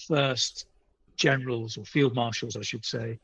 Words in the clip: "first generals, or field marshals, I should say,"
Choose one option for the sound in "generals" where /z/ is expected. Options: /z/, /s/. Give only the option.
/z/